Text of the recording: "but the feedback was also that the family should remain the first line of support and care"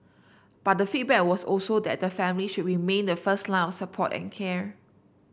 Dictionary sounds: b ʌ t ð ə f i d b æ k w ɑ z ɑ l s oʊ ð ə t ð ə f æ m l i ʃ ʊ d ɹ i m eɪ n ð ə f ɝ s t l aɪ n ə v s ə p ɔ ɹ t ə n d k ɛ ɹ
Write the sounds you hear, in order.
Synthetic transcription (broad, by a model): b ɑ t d ə f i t b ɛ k w ɑ s ɑ l s oʊ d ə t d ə f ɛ m l i ʃ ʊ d ɹ i m eɪ n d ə f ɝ s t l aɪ ə f s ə p ɔ t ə n k ɛ ɹ